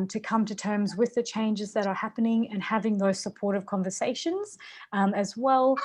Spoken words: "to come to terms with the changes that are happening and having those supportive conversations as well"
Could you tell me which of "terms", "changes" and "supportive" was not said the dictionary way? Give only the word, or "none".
none